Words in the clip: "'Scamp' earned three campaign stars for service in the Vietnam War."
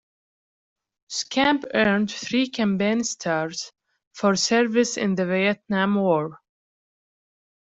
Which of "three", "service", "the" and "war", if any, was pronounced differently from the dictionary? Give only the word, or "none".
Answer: none